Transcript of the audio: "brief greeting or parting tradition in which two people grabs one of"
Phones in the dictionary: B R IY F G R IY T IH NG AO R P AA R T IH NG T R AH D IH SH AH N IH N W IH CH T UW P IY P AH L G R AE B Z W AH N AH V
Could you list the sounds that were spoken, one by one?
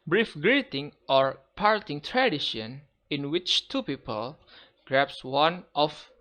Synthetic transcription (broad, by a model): B R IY F G R IY T IH NG AO R P AA R T IH NG T R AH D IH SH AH N IH N W IH CH T UW P IY P AH L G R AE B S W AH N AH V